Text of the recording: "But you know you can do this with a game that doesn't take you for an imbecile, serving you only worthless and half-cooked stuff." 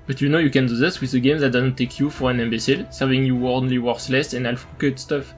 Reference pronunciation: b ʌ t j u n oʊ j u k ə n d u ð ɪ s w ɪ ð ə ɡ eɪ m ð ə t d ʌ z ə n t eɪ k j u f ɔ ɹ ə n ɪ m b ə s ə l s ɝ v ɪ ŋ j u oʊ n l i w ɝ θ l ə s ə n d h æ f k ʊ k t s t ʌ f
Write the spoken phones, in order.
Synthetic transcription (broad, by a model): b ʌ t j u n oʊ j u k ə n d u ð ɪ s w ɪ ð ə ɡ eɪ m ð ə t d ʌ z ə n t eɪ k j u f ɔ ɹ ə n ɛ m b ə s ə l s ɝ v ɪ ŋ j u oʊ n l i w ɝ s l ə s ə n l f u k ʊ t s t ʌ f